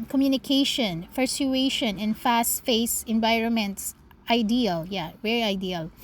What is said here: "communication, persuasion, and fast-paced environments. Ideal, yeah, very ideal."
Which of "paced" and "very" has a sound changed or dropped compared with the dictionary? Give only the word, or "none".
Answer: paced